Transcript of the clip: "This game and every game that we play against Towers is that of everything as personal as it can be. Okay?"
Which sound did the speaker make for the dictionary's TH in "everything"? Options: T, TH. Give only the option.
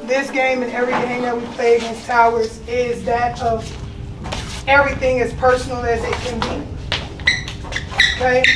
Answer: TH